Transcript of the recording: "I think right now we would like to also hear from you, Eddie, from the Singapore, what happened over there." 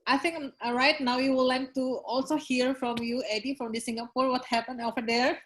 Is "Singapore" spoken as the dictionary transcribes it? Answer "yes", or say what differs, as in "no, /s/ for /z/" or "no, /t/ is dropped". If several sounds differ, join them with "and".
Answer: yes